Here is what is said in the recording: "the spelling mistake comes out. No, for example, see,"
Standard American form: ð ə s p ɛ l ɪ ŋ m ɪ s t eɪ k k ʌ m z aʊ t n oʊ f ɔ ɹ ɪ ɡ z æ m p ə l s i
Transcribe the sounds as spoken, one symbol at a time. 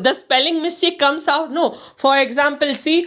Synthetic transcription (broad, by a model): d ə s p ɛ l ɪ ŋ m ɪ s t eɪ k k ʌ m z aʊ t n oʊ f ɔ ɹ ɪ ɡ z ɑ m p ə l s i